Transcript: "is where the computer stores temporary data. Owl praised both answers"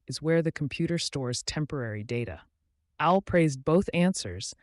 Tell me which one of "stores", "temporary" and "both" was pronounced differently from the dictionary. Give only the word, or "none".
none